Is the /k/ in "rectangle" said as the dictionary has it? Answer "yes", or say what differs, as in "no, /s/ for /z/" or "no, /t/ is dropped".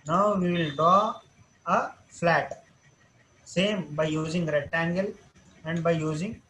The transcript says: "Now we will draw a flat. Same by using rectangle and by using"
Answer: no, /k/ is dropped